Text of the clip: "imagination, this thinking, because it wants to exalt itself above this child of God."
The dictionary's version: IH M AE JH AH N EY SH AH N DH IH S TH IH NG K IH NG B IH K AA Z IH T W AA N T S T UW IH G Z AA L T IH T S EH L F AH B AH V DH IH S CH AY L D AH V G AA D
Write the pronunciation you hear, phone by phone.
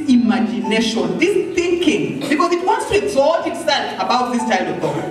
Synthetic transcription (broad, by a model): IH M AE JH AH N EY SH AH N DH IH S TH IH NG K IH NG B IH K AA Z IH T W AA N T S T UW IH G Z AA T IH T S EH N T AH B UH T DH IH S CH AY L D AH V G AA